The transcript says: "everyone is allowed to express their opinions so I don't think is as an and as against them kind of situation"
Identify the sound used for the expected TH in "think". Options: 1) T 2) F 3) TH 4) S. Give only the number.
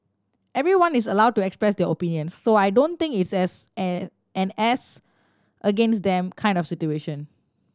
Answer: 1